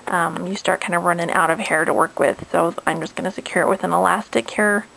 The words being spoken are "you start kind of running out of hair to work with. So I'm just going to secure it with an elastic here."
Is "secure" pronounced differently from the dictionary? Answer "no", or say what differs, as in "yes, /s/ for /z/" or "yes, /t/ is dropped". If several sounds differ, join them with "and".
no